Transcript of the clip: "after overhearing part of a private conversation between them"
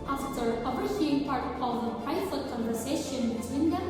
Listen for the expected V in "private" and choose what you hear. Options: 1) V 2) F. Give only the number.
2